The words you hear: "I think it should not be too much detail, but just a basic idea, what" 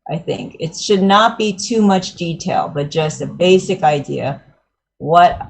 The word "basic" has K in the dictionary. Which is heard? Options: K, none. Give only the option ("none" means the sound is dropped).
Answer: K